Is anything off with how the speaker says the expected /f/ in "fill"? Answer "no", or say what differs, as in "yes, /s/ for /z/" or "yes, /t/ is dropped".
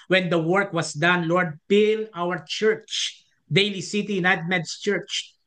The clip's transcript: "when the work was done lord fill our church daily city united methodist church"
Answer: yes, /p/ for /f/